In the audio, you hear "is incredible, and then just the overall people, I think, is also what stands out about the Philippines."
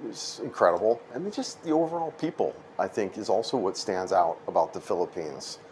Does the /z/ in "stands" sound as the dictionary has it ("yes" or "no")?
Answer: yes